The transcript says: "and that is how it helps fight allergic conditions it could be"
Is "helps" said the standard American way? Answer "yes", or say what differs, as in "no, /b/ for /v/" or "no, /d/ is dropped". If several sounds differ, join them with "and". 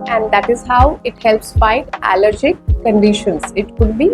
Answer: yes